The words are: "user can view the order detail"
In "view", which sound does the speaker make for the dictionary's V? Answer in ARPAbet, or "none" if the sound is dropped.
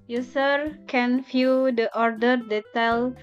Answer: F